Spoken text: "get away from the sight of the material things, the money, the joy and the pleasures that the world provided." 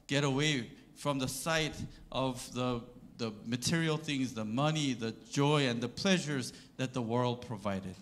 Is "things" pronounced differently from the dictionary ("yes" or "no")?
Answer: no